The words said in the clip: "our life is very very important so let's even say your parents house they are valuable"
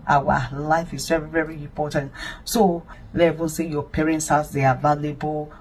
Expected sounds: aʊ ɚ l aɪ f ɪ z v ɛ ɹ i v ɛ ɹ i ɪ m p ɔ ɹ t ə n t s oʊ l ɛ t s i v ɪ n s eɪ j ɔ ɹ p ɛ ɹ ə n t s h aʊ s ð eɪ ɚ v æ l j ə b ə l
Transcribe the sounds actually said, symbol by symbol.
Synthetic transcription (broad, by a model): aʊ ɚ l aɪ f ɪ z v ɛ ɹ i v ɛ ɹ i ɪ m p ɔ t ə n t s oʊ l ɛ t i v ɪ n s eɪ j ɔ p ɛ ɹ ə n t s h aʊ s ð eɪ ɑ v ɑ l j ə b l